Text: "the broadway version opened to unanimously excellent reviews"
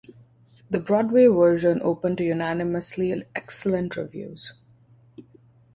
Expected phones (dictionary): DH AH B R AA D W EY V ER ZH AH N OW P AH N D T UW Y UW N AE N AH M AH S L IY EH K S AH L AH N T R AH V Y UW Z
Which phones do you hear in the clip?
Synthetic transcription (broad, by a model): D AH B R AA D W EY V ER ZH AH N OW P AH N T UW Y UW N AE N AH M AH S L IY EH K S AH L AH N T R AH V Y UW Z